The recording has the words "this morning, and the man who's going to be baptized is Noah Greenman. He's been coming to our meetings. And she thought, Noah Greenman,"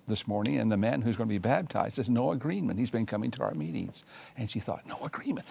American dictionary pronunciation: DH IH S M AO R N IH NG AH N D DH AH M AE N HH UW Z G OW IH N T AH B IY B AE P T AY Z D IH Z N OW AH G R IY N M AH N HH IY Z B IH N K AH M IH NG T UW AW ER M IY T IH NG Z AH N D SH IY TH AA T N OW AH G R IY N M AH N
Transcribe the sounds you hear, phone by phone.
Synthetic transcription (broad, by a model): DH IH S M AO R N IH NG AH N DH AH M AE N HH UW Z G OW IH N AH B IY B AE B T AY Z D IH Z N OW AH G R IY N M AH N HH IY Z B IH N K AH M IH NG T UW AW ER M IY T IH NG Z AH N SH IY TH AA T N OW AH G R IY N M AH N